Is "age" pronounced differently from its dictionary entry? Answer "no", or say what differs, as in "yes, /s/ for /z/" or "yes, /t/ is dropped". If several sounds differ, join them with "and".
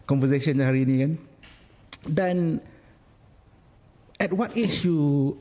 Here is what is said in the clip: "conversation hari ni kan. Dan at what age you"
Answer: yes, /ʃ/ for /dʒ/